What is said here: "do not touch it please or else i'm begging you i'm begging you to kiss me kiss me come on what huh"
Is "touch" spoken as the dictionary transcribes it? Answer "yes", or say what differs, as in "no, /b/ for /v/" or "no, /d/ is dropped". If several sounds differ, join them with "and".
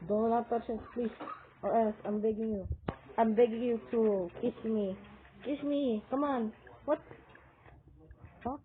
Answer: no, /s/ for /tʃ/